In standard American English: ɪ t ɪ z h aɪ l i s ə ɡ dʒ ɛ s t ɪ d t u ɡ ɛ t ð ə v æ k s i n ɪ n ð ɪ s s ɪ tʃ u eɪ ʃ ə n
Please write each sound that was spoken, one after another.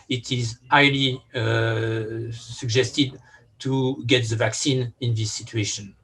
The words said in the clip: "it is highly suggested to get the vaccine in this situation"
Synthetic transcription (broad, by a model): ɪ t ɪ z aɪ l i s ə ɡ dʒ ɛ s t ɪ d t u ɡ ɛ t ð ə v æ k s i n ɪ n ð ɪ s s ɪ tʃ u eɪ ʃ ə n